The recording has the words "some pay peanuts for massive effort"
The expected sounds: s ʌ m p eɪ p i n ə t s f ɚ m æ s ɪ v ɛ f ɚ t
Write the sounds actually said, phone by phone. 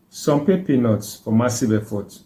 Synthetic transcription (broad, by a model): s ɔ m p eɪ p i n ə t s f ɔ m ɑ s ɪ b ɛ f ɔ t